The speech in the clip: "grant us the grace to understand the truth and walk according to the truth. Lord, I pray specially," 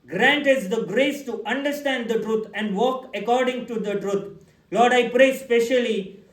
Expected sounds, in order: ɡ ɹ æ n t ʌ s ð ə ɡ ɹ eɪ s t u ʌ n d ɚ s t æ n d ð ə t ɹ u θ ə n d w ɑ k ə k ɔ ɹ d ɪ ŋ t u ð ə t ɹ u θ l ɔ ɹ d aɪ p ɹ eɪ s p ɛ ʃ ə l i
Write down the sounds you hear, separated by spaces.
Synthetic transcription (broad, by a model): ɡ ɹ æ n t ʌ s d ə ɡ ɹ eɪ s t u ʌ n d ɚ s t æ n d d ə t ɹ u t ə n d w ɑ k ə k ɔ ɹ d ɪ ŋ t u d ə t ɹ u t l ɔ ɹ d aɪ p ɹ eɪ s p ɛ ʃ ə l i